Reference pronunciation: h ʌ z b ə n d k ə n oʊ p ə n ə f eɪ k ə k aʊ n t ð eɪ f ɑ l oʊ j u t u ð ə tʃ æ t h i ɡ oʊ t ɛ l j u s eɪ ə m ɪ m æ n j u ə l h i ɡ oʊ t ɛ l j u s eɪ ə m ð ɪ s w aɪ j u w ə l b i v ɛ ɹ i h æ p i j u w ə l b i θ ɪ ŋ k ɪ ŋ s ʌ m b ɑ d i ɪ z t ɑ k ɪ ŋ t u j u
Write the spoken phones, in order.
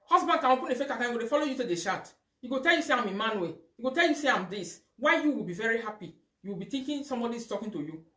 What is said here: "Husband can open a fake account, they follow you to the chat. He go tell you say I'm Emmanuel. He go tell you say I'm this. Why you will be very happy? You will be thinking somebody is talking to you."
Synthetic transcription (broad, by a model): h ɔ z b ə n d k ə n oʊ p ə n ə f eɪ k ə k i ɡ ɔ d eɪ f ɑ l oʊ j u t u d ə ʃ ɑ t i ɡ oʊ t ɛ l j u s eɪ ə m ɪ m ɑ n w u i ɡ oʊ t ɛ l j u s eɪ ə m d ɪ s w aɪ j u w ə l b i v ɛ ɹ i h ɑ p i j u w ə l b i t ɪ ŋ k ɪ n s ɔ m b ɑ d i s t ɑ k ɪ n t u j u